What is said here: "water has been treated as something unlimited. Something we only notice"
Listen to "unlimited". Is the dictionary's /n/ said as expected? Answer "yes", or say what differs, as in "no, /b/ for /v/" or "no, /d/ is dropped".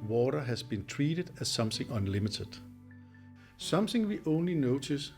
yes